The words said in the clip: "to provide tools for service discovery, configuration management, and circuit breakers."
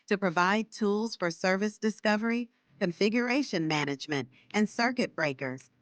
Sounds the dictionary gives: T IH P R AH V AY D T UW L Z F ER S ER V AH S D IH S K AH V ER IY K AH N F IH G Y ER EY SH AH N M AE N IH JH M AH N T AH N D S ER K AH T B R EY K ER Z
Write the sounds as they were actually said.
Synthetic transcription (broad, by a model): T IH P R AH V AY D T UW L Z F ER S ER V AH S D IH S K AH V ER IY K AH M F IH G Y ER EY SH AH N M AE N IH JH M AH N T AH N S ER K AH T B R EY K ER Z